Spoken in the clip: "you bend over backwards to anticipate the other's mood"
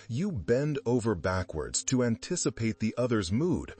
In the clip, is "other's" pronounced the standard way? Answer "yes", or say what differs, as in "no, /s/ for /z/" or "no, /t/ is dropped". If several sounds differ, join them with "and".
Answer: yes